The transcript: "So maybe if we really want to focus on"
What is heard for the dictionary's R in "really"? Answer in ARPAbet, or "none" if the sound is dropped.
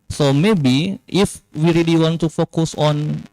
R